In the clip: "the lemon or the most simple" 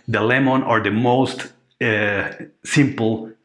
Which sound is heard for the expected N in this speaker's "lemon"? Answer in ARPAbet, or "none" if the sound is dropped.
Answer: N